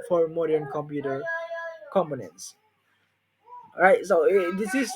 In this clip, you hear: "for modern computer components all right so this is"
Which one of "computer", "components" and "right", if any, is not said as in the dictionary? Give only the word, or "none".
none